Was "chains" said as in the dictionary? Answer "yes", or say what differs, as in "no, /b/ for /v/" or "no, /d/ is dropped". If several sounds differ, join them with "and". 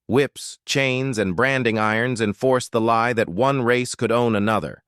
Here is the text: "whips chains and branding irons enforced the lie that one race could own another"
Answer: yes